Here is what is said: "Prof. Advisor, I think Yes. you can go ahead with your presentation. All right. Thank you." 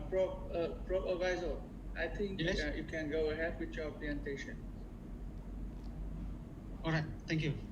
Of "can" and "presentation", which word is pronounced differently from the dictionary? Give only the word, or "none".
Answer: presentation